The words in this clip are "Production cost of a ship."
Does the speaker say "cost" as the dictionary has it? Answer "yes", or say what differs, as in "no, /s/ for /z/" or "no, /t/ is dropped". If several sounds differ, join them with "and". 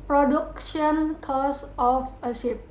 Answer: no, /t/ is dropped